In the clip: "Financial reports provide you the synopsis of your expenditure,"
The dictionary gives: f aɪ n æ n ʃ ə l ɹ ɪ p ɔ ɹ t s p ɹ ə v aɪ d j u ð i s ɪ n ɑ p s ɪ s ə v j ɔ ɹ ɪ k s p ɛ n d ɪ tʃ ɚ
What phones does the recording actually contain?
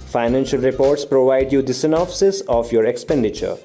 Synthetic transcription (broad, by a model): f aɪ n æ n ʃ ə l ɹ ɪ p ɔ ɹ t s p ɹ ə v aɪ d j u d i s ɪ n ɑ f s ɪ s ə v j ɔ ɹ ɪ k s p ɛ n d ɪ tʃ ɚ